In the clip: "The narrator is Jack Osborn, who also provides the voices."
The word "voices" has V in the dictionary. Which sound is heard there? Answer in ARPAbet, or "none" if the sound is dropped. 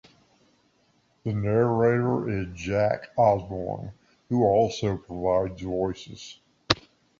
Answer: V